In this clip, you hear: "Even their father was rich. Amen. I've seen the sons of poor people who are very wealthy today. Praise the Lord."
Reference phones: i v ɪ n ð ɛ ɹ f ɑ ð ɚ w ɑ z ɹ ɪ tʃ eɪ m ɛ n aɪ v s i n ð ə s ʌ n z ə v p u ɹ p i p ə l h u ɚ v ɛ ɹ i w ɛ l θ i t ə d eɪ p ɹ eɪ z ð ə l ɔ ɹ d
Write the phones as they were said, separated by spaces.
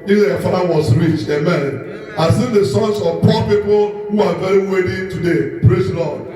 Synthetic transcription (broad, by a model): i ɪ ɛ f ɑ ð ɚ w ɑ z ɹ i tʃ eɪ m ɛ n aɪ s i n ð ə s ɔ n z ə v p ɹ p i p ə l h u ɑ v ɛ ɹ i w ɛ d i t ə d eɪ p ɹ eɪ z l ɔ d